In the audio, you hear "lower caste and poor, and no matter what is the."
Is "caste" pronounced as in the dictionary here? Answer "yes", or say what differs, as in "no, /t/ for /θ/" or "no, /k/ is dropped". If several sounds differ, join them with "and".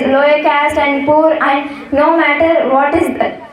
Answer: yes